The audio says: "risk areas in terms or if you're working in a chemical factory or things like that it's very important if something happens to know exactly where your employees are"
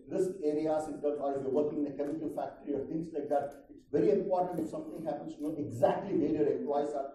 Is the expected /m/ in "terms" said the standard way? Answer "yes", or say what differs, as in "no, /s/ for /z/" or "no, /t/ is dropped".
no, /m/ is dropped